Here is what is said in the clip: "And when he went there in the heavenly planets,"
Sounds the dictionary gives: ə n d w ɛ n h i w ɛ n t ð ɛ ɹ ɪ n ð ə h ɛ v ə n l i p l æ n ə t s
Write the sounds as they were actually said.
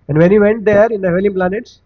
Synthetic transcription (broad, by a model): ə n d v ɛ n h i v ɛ n t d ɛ ɹ ɪ n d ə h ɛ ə l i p l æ n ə t s